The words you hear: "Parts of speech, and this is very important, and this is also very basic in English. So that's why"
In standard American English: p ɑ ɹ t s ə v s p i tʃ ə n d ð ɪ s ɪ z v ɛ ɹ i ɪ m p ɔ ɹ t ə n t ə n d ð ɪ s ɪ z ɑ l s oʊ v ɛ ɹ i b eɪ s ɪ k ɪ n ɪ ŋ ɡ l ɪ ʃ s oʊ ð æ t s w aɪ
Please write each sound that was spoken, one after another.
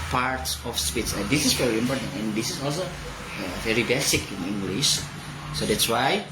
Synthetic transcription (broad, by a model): p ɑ ɹ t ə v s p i s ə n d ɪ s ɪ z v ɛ ɹ i ɪ m p ɔ ɹ t ə n t ə n d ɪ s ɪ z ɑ l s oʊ v ɛ ɹ i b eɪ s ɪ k ɪ n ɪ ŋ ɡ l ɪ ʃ s oʊ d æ t s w aɪ